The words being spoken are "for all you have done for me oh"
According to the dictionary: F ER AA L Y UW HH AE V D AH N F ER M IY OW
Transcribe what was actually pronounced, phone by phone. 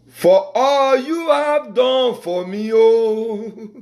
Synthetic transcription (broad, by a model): F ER AA L Y UW HH AE V D AH N F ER M IY OW